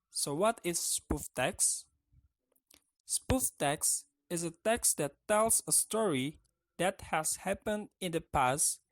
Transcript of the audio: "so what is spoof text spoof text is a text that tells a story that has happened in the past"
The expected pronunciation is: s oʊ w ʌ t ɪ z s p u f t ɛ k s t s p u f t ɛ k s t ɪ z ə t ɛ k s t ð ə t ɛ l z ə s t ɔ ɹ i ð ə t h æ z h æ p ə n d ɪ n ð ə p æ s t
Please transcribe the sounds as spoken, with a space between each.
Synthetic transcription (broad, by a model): s oʊ w ʌ t ɪ z s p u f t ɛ k s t s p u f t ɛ k s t ɪ z ə t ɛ k s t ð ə t ɛ l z ə s t ɔ ɹ i ð ə t h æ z h æ p ə n d ɪ n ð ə p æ s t